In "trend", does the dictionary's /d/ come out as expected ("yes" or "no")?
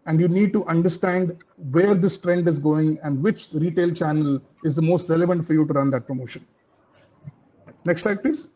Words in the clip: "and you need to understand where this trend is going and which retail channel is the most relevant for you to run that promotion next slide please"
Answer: yes